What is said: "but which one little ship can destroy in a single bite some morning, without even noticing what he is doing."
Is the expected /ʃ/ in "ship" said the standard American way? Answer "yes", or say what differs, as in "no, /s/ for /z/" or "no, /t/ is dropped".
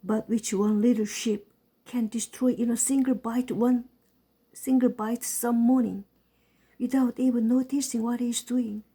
yes